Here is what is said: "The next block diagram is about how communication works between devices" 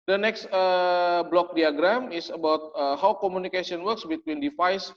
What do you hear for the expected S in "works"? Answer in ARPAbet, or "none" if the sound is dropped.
S